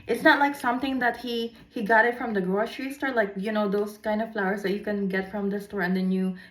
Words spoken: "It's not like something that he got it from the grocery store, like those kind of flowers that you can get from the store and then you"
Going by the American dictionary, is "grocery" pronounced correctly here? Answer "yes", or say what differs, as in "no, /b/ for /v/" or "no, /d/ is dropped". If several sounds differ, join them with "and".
no, /ʃ/ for /s/